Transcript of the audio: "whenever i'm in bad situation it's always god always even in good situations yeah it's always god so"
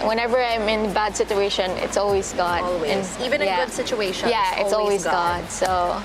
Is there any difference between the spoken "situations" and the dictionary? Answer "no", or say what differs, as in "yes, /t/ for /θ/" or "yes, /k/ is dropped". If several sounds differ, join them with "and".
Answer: yes, /ʃ/ is dropped